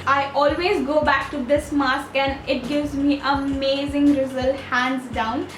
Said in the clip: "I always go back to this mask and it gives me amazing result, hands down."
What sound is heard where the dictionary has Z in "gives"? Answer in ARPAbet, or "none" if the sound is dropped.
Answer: Z